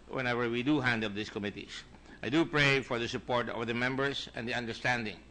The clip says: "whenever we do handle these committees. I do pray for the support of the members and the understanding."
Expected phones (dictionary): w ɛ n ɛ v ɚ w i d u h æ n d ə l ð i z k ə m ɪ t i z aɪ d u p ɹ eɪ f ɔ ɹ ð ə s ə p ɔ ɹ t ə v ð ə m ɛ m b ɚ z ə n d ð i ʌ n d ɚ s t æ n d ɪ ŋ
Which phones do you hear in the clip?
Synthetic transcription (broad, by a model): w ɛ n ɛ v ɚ w i d u h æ n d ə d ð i s k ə m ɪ t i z aɪ d u p ɹ eɪ f ɔ ɹ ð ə s ə p ɔ ɹ t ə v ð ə m ɛ m b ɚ s ə n d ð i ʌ n d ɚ s t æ n d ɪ ŋ